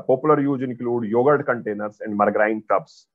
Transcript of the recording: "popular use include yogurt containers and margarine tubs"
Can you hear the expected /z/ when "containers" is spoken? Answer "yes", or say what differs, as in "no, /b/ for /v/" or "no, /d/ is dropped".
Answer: no, /s/ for /z/